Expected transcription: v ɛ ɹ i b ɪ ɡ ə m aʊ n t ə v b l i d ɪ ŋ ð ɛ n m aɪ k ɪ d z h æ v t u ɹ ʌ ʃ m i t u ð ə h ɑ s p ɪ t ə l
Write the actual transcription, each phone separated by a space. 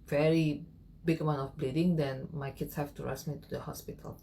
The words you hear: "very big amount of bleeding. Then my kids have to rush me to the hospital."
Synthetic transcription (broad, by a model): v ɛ ɹ i b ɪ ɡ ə m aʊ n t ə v b l i d ɪ ŋ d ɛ n m aɪ k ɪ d s h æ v t u ɹ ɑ s m i t u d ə h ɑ s p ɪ t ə l